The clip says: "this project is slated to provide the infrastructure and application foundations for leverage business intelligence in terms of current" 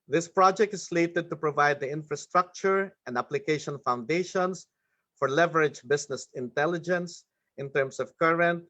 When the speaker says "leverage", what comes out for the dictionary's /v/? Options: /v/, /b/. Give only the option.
/v/